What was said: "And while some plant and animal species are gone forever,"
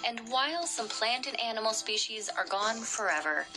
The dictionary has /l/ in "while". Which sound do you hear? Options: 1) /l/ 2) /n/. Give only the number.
1